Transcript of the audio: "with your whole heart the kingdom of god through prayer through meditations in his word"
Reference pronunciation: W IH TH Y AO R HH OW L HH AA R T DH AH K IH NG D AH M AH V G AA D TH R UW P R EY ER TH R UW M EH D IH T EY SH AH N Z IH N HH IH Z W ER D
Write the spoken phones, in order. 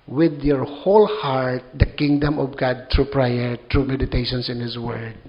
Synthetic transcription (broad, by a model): W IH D Y AO R HH OW L HH AA R T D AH K IH NG D AH M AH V G AA D T R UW P R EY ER T R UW M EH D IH T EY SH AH N S IH N HH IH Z W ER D